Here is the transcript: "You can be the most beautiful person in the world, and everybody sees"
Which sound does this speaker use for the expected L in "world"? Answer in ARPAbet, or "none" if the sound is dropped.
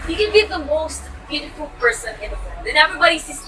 none